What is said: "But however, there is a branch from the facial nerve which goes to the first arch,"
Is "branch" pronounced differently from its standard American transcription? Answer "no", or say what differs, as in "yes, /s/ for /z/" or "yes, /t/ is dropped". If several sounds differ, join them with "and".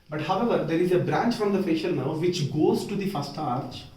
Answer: no